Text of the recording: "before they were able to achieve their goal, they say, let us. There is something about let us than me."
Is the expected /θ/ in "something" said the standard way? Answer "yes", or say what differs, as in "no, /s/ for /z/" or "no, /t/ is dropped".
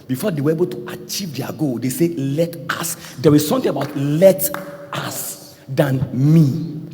no, /t/ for /θ/